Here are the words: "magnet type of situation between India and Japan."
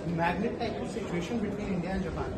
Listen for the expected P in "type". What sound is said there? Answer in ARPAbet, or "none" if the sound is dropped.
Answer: none